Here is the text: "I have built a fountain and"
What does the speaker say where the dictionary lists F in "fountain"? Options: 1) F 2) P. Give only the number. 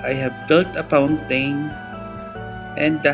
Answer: 2